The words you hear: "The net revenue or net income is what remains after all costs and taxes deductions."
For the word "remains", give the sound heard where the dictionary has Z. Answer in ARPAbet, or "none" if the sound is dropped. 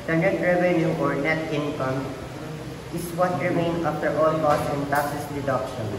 none